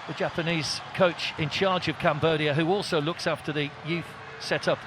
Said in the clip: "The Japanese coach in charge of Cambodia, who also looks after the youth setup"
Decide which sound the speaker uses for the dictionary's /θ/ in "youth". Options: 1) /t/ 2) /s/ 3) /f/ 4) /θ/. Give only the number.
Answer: 4